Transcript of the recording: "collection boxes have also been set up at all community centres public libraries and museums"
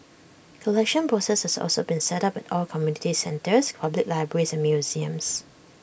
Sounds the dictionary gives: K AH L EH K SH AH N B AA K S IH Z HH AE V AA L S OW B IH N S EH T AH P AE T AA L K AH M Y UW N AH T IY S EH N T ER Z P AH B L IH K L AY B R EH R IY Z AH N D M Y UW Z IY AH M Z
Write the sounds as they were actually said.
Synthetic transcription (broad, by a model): K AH L EH K SH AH N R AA S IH S HH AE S AA L S OW B IH N S EH T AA P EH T AA L K AH M Y UW N AH T IY S EH N T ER S P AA B L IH K L AY B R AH R IY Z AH N M Y UW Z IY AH M S